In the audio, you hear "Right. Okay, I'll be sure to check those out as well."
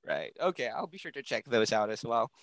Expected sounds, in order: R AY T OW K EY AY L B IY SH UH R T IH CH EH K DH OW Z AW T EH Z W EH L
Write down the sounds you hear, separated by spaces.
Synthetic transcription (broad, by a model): R AY T OW K EY AY L B IY SH UH R T IH CH EH K DH OW Z AW T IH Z W EH L